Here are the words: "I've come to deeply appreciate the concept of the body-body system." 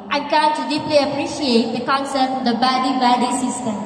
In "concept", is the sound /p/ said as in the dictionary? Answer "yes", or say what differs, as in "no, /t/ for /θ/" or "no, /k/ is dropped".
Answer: no, /p/ is dropped